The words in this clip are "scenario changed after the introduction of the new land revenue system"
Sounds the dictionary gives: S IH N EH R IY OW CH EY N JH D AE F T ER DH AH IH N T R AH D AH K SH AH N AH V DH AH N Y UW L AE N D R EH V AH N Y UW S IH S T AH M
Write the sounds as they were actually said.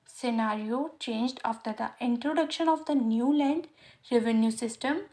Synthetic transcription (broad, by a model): S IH N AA R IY OW CH EY N JH D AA F T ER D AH IH N T R AH D AH K SH AH N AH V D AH N Y UW L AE N D R EH V AH N Y UW S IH S T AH M